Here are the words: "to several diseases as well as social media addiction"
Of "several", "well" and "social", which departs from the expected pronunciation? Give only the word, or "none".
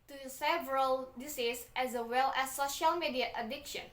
none